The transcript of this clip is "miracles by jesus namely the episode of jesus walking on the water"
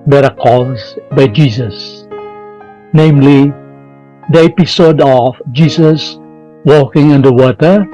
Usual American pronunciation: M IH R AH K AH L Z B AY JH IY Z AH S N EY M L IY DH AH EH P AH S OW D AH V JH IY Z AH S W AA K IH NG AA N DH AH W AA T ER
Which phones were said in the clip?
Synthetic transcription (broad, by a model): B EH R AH K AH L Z B AY JH IY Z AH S N EY M L IY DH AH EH P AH S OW D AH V JH IY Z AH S W AA K IH NG AA N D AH W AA T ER